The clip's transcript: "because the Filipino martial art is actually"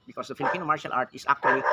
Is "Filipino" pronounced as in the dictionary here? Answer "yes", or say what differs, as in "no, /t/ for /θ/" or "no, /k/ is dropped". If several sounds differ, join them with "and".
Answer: yes